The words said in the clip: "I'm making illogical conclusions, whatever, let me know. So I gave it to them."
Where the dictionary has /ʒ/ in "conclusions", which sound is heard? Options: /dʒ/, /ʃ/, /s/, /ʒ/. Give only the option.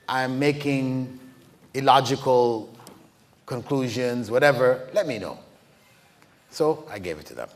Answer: /ʒ/